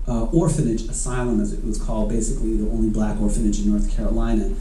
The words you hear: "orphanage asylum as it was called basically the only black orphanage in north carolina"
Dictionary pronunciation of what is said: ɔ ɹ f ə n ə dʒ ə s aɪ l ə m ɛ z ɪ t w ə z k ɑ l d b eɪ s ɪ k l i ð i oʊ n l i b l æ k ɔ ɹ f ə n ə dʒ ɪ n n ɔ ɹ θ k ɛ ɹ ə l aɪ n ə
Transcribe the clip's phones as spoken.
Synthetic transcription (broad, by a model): ɔ ɹ f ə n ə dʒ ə s aɪ l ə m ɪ z ɪ t w ə z k ɑ l d b eɪ s ɪ k l i ð i oʊ n l i b l æ k ɔ ɹ f ə n ə dʒ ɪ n n ɔ ɹ θ k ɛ ɹ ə l aɪ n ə